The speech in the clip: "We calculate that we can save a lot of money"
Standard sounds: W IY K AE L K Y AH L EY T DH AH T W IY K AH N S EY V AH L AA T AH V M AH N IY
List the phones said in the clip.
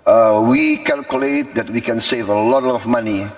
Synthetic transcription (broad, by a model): W IY K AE L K Y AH L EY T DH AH T W IY K AH N S EY V AH L AA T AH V M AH N IY